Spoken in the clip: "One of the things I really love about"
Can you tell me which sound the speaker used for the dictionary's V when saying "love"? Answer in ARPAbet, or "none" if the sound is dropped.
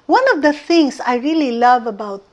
V